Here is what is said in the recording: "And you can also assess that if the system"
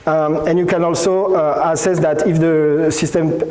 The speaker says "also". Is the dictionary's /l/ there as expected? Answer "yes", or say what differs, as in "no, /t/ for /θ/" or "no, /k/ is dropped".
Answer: yes